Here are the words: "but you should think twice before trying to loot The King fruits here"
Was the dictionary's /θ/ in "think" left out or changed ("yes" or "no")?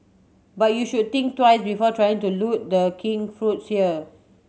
yes